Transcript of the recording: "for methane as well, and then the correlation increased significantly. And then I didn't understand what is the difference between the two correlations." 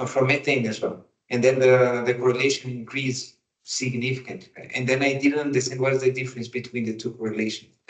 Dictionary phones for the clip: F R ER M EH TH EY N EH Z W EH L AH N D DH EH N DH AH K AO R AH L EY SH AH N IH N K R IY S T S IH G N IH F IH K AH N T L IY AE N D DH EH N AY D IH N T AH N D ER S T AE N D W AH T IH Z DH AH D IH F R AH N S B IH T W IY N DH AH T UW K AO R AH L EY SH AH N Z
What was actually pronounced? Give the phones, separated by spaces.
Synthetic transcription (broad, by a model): F R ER M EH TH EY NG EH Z W EH L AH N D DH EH N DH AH K AO R AH L EY SH AH N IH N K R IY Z S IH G N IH F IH K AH N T IY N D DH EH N AY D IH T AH N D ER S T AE N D W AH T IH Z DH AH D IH F R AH N S B IH T W IY N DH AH T UW K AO R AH L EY SH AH N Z